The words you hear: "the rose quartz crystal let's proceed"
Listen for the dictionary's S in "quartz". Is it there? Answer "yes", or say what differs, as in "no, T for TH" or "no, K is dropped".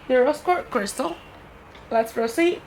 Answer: no, S is dropped